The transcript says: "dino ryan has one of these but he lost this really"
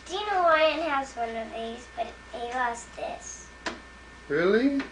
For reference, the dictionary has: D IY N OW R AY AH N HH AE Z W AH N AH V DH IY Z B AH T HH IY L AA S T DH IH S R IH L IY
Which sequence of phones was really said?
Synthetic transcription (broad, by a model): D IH N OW W AY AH N HH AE Z W AH N AH V DH IY Z B AH T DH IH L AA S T DH IH S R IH L IY